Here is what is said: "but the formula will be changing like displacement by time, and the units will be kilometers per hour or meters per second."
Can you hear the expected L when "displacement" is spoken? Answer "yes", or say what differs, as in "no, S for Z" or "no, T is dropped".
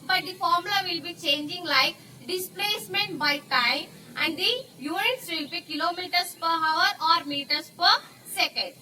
yes